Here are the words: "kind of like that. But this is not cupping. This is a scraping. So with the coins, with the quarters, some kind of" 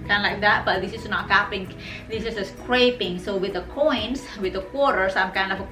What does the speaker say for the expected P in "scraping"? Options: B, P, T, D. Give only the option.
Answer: P